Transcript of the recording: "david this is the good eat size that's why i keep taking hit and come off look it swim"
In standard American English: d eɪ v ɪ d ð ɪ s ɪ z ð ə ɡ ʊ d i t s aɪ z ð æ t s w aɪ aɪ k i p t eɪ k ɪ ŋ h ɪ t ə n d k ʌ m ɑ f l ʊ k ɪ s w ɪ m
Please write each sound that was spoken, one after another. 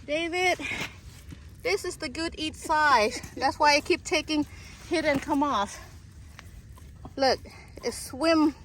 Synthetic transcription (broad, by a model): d eɪ v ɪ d ð ɪ s ɪ z ð ə ɡ ʊ d i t s aɪ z ð æ t s w aɪ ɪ k i p t eɪ k ɪ ŋ h ɪ t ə n k ʌ m ɑ f l ʊ k ɪ s w ɪ m